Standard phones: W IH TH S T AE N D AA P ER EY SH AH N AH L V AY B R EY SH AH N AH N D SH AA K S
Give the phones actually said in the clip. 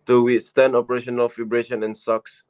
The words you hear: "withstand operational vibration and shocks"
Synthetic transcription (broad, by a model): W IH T S T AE N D AA P ER EY SH AH N AH L F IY B R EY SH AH N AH N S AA K S